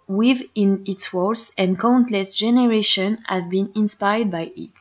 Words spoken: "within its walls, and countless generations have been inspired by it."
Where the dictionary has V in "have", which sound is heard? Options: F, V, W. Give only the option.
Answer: V